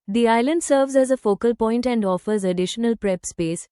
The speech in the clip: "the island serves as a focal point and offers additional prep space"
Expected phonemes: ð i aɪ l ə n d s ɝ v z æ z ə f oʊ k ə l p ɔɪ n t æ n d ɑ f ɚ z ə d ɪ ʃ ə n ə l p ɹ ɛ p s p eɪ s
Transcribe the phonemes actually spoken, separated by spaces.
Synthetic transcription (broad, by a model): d i aɪ l ə n d s ɝ v z æ z ə f oʊ k ə l p ɔɪ n t æ n d ɑ f ɚ z ə d ɪ ʃ ə n ə l p ɹ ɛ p s p eɪ s